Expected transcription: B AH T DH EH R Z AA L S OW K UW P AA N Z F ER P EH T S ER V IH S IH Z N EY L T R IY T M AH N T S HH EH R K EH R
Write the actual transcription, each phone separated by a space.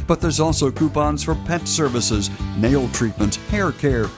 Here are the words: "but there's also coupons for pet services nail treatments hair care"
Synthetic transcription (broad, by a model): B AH T DH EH R Z AA L S OW K UW P AA N Z F ER P EH T S ER V IH S IH Z N EY L T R IY T M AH N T HH EH R K EH R